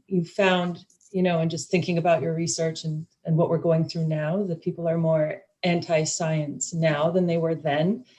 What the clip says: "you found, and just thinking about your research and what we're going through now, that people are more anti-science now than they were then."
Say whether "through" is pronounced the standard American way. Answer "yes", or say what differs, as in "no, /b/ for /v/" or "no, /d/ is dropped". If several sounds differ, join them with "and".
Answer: yes